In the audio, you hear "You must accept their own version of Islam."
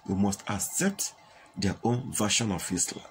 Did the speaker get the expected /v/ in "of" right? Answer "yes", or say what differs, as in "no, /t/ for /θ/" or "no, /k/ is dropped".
no, /f/ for /v/